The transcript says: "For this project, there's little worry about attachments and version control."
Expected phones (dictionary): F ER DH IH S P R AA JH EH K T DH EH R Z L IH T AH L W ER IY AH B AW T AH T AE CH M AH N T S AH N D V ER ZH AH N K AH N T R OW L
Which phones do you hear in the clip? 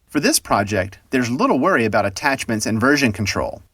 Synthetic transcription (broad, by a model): F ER DH IH S P R AA JH EH K T DH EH R Z L IH T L W ER IY AH B AW T AH T AE CH M AH N T S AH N V ER ZH AH N K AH N T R OW L